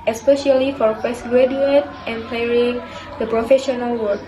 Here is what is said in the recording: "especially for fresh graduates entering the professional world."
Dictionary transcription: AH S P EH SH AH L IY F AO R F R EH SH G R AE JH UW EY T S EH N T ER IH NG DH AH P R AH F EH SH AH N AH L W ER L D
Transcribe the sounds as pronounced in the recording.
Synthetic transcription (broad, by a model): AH S P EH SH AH L IY F AO R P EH S G R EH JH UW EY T EH N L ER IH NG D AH P R AH F EH SH AH N AH L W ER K